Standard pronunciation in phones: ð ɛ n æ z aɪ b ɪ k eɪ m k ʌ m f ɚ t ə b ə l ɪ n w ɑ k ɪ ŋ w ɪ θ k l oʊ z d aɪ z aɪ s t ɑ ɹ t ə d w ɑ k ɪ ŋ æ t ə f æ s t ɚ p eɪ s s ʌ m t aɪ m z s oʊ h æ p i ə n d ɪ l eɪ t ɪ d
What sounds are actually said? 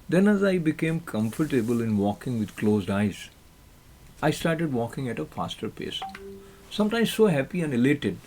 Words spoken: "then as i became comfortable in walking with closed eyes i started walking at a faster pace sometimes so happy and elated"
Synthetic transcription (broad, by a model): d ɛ n æ z aɪ b ɪ k eɪ m k ʌ m f ɚ t ə b ə l ɪ n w ɑ k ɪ ŋ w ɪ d k l oʊ z d aɪ z aɪ s t ɑ ɹ t ə d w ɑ k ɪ ŋ æ t ə f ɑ s t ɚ p eɪ s s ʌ m t aɪ m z s oʊ h æ p i ə n d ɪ l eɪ t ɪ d